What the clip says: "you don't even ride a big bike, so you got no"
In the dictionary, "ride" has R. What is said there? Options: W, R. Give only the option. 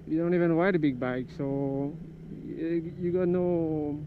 W